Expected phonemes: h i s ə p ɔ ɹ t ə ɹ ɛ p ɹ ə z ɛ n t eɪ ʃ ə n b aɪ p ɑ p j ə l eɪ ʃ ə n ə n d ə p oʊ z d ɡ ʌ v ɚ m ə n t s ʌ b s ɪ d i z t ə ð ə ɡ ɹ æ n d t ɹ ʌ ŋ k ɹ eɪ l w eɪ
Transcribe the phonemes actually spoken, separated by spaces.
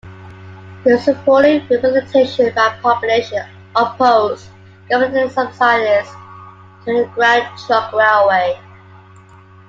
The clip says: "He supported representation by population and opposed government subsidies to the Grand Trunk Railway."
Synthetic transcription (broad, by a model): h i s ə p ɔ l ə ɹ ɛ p ə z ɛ t eɪ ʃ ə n b aɪ p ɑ p j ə l eɪ ə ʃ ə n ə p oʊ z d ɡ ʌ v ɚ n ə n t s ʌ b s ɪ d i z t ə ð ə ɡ ɹ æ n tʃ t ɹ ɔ k ɹ eɪ l w eɪ